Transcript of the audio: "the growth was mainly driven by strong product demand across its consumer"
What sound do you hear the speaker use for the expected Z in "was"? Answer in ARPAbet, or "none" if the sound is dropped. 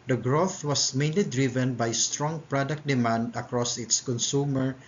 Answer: S